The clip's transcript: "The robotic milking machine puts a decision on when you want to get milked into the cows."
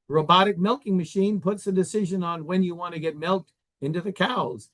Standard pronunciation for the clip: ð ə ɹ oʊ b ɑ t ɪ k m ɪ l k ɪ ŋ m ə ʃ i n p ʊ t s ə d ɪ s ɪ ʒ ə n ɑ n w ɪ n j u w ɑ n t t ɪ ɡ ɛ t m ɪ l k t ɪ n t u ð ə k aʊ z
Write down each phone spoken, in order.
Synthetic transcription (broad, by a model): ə ɹ oʊ b ɑ t ɪ k m ɪ l k ɪ ŋ m ə ʃ i n p ʊ t s ə d ɪ s ɪ ʒ ə n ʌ n w ɪ n j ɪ w ɑ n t t ɪ ɡ ɛ t m ɪ l k t ɪ n t u ð ə k aʊ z